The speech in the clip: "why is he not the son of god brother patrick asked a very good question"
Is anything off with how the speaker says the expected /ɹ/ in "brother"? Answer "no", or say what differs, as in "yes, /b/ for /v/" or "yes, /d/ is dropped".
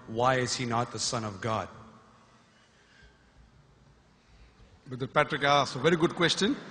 yes, /ɹ/ is dropped